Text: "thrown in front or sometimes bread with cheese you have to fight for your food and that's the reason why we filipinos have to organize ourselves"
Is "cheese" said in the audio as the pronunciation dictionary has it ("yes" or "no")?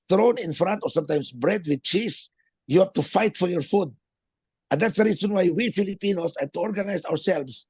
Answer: no